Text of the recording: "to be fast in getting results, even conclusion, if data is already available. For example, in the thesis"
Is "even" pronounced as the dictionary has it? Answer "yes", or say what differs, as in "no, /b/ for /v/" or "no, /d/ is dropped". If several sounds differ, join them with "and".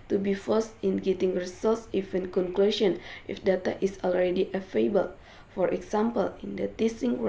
no, /f/ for /v/